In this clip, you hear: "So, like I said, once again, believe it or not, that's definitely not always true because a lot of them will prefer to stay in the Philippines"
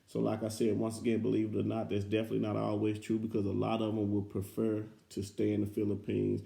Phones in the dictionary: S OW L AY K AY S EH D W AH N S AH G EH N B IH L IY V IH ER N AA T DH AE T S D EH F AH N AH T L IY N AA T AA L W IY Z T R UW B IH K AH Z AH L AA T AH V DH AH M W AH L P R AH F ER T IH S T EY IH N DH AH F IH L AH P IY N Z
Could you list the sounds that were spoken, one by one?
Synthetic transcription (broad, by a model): S OW L AY K AY S EH D W AH N S AH G EH N B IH L IY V IH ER N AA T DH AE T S D EH F AH N AH T L IY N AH T AA L W IY Z T R UW B IH K AH Z AH L AA T AH V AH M W AH L P R AH F ER T IH S T EY IH N DH AH F IH L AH P IY N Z